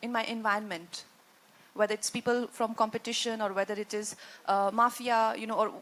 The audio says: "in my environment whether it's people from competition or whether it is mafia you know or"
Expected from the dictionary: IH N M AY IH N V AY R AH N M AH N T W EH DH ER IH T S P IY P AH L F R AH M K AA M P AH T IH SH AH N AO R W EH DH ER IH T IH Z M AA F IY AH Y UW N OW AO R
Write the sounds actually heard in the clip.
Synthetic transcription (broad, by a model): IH N M AY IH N V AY AH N M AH N T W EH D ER IH T S P IY P AH L F R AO M K AA M P AH T IH SH AH N AO R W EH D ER IH T IH Z M AA F IY AH Y UW N OW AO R